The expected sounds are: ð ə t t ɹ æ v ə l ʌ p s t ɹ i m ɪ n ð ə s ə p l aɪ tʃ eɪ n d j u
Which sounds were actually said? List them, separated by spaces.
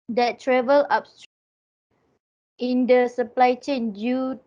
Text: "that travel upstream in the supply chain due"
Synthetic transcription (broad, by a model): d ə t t ɹ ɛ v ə l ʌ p s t i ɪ n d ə s ə p l aɪ tʃ eɪ n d j u